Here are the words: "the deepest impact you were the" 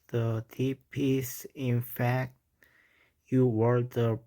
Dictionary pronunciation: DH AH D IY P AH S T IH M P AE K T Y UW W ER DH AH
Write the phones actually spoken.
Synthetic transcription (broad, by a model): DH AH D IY P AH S IH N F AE K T Y UW W ER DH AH